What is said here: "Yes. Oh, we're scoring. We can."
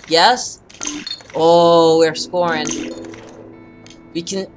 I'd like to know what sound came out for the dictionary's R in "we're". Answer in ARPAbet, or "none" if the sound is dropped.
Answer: R